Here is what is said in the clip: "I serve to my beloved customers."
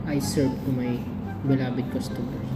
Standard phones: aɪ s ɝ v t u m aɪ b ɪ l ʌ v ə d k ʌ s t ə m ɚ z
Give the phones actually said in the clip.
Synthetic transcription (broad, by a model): aɪ s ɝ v t u m aɪ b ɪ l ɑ b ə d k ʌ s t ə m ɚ